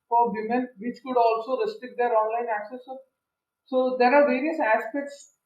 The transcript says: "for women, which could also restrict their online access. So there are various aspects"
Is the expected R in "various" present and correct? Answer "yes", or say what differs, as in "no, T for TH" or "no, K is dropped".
yes